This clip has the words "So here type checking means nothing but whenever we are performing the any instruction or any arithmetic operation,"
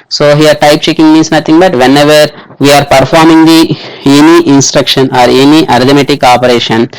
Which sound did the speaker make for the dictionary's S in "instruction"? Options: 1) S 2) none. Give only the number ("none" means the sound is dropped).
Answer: 1